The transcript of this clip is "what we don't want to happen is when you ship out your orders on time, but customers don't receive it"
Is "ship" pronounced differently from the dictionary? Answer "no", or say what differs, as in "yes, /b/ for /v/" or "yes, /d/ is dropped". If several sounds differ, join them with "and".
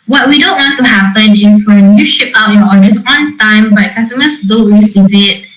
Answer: no